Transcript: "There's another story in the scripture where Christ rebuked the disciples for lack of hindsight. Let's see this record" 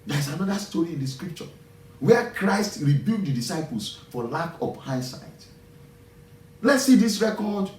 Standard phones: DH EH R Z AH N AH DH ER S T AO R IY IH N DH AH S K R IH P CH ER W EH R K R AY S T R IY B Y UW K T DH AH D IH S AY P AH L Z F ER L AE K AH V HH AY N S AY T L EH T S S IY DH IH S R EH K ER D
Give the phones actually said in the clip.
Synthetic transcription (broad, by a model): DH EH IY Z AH N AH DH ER S T AO R IY IH N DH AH S K R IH P CH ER W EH K R AY S T R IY B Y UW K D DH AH D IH S AY P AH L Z F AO L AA K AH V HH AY S AY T L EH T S S IY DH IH S R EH K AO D